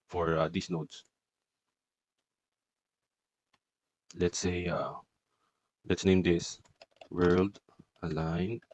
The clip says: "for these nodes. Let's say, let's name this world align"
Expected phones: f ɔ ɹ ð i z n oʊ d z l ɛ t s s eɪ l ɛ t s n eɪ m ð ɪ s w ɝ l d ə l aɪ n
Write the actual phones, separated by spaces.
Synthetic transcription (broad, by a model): f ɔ ɹ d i s n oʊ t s l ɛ t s s eɪ l ɛ t s n eɪ m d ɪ s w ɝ l d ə l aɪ n